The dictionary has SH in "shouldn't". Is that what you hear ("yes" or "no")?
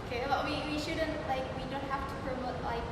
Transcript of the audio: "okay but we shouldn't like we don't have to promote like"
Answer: yes